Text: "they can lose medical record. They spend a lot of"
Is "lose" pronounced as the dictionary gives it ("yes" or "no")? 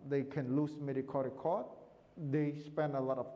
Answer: no